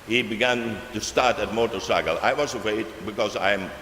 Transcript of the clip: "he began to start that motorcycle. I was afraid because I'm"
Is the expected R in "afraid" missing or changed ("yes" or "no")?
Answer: yes